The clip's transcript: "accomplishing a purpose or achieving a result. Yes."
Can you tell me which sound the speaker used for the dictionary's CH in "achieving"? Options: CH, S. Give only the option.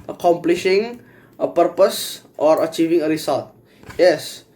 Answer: CH